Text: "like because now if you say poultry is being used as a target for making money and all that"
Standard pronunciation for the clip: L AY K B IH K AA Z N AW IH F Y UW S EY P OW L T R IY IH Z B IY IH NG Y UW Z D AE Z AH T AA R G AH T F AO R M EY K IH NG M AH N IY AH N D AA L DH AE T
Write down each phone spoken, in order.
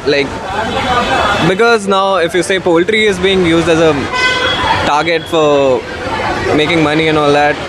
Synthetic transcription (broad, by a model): L AY K B IH K AA Z N AW IH F Y UW S EY P OW L T R IY IH Z B IY IH NG Y UW Z D AE Z AH T AA R G AH T F AO R M EY K IH NG M AH N IY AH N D AA L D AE T